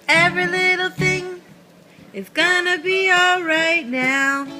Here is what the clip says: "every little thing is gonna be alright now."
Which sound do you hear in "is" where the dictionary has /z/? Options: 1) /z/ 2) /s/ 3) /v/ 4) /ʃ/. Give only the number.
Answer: 2